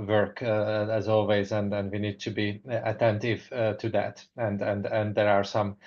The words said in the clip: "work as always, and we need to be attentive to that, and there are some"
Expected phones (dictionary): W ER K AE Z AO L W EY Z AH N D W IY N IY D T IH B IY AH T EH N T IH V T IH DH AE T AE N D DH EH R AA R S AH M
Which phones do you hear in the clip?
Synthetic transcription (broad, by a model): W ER K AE Z AO L W EY Z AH N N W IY N IY D T IH B IY AH T EH N T IH V T IH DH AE T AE N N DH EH R AA R S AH M